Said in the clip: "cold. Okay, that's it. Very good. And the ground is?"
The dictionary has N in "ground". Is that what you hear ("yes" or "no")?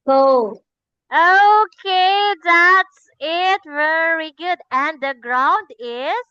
yes